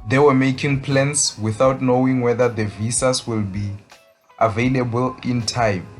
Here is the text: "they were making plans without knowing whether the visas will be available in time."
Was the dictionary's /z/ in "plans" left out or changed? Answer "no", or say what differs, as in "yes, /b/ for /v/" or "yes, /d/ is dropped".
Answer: yes, /s/ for /z/